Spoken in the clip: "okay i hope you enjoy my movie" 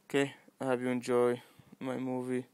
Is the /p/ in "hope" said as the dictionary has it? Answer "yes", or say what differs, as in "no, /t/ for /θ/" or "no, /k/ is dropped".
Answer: no, /b/ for /p/